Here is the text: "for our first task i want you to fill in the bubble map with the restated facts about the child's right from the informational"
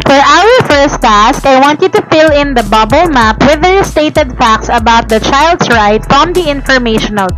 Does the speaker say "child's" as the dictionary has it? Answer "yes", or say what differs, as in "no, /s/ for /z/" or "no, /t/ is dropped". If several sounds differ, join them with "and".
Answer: no, /s/ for /z/